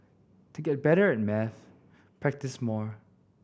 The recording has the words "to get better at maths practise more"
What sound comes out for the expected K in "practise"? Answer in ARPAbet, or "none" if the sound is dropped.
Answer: K